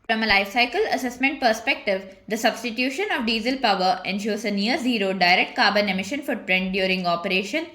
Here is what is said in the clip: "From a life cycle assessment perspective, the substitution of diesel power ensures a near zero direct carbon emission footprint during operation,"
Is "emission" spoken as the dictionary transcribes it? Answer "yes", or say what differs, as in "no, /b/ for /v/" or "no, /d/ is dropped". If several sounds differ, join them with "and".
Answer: yes